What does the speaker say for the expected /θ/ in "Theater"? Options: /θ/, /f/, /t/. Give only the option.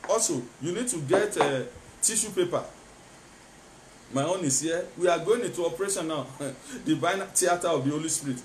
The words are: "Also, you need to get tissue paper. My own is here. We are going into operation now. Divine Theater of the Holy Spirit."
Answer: /t/